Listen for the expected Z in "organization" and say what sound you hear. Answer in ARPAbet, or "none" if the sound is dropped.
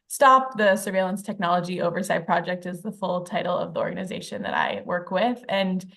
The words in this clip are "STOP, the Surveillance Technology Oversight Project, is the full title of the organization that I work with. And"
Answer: Z